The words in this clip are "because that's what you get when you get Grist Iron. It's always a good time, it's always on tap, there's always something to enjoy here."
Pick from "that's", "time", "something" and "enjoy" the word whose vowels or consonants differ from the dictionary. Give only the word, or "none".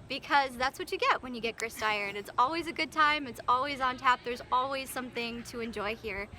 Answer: none